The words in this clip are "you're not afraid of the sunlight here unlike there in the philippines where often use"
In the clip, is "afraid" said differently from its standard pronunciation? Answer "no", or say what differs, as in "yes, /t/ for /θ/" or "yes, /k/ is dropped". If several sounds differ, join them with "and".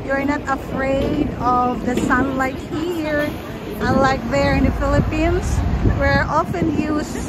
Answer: no